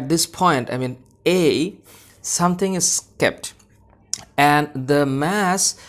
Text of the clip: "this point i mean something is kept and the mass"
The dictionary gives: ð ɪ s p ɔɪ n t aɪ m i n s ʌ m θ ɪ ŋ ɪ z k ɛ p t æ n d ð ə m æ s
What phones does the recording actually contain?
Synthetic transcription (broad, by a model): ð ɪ s p ɔɪ n t aɪ m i n s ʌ m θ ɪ ŋ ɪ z k ɛ p t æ n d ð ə m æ s